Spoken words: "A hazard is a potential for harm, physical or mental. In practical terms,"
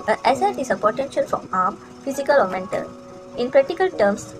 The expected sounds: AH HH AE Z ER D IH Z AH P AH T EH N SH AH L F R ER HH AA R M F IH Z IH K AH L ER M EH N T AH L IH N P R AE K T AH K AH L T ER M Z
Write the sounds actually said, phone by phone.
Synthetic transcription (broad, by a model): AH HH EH S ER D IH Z AH P AH T EH N SH AH L F R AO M AA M F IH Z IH K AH L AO M EH N T AH L IH N P R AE K T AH K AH L T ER M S